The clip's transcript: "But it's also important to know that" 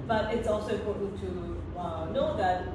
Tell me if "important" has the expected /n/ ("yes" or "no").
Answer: no